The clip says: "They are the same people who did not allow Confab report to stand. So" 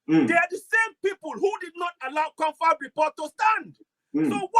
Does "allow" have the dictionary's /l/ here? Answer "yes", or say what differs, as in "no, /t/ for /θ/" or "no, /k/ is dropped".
yes